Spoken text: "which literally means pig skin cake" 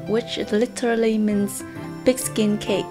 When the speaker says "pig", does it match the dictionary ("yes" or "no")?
no